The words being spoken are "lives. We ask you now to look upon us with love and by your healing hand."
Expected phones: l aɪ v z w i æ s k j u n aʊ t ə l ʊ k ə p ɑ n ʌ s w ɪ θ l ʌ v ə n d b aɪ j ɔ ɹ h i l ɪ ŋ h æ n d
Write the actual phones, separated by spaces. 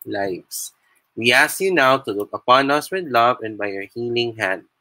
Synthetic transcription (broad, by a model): l aɪ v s w i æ s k j u n aʊ t ə l ʊ k ə p ɑ n ʌ s w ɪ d l ʌ v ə n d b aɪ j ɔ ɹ h i l ɪ ŋ h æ n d